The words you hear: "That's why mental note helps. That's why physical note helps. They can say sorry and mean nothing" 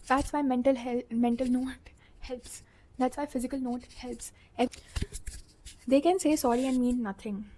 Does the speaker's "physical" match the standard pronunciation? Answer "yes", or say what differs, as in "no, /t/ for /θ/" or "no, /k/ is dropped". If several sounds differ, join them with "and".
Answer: yes